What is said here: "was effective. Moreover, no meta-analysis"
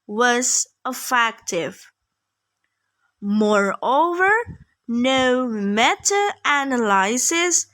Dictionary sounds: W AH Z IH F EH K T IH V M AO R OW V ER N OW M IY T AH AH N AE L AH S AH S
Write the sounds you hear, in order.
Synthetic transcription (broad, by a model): W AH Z IH F EH K T IH V M AO R OW V ER N OW M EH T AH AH N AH L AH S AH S